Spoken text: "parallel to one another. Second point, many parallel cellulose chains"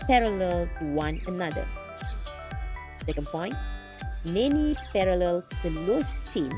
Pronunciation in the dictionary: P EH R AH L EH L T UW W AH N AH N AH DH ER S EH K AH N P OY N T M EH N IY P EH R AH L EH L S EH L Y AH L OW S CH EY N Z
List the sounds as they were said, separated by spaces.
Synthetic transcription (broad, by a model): P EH R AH L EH L T UW W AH N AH N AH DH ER S EH K AH N P OY N T M EH N IY P EH R AH L EH L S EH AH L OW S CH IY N